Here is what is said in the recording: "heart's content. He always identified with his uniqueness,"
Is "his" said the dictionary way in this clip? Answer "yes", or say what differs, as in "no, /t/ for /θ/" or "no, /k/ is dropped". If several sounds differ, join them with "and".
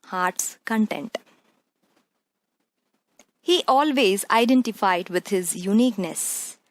yes